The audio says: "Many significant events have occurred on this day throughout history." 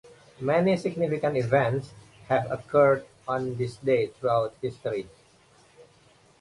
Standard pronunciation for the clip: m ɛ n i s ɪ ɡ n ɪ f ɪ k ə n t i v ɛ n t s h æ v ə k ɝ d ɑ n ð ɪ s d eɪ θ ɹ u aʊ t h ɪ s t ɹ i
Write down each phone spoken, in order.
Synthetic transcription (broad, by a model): m ɛ n i s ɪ ɡ n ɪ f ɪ k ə n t i v ɛ n t s h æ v ə k ɝ d ɑ n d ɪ s d eɪ t ɹ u aʊ t h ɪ s t ɹ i